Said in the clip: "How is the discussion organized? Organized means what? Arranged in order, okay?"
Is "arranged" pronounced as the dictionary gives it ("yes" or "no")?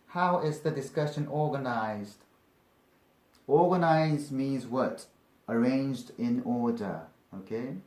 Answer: yes